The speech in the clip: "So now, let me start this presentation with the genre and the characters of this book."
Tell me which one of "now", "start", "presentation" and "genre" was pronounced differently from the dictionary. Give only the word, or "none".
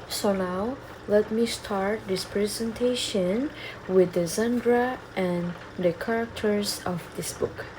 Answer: genre